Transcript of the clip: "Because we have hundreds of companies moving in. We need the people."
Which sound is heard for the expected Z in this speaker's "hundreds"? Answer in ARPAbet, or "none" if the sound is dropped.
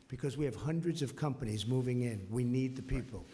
Z